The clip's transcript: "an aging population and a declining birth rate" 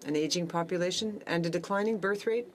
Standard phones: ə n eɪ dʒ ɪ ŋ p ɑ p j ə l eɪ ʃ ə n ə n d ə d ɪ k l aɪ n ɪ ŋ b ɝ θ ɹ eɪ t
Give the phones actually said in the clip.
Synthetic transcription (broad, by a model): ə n eɪ dʒ ɪ ŋ p ɑ p j ə l eɪ ʃ ə n ə n d ə d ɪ k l aɪ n ɪ ŋ b ɝ θ ɹ eɪ t